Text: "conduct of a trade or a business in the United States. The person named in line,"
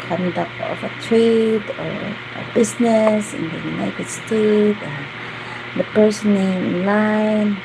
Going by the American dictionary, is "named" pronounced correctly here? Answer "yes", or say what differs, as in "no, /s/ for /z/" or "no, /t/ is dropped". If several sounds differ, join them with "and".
no, /d/ is dropped